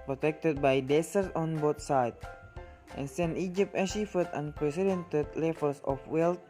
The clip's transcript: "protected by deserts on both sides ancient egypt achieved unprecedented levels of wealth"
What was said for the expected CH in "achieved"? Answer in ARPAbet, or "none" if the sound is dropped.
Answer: SH